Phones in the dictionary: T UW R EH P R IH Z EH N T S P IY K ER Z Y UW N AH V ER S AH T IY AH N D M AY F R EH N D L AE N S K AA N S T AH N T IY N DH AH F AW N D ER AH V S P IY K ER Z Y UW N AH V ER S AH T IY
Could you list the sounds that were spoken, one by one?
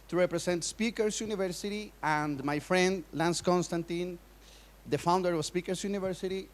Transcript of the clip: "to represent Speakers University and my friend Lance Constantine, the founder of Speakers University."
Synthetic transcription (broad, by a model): T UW R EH P R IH S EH N T S P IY K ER S Y UW N AH V ER S AH T IY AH N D M AY F R EH N D L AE N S K AA N S T AH N T IY N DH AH F AW N D ER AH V S P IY K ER S Y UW N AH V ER S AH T IY